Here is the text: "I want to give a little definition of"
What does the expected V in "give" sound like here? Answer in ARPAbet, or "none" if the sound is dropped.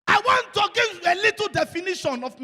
none